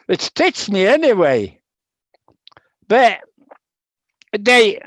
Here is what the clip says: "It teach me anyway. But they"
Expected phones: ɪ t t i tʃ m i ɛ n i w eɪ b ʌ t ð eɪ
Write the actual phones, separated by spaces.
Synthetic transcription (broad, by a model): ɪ t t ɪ s m i ɛ n i w eɪ b ʌ t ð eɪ